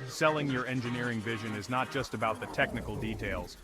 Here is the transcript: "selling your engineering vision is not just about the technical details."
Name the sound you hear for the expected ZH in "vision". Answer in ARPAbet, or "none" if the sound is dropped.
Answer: ZH